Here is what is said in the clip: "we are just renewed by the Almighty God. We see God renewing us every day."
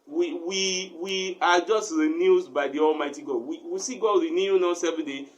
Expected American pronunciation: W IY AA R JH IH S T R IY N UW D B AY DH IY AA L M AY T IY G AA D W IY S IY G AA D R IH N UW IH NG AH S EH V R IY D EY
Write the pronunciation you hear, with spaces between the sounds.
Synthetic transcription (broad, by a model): W IY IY W JH IH S T R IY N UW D B AY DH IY AA L M AY T IY G AA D W IY S IY G AA D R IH N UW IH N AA S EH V IY D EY